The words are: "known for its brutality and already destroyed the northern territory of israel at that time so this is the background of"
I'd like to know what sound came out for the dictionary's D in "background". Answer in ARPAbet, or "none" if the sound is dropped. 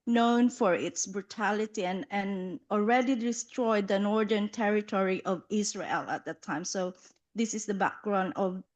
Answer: D